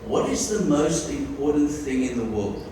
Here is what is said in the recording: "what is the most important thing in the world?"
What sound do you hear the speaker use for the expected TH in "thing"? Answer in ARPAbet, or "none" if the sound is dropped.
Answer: TH